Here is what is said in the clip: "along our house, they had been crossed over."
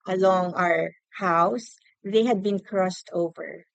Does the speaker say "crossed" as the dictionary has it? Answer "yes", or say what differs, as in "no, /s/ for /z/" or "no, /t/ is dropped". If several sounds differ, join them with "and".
yes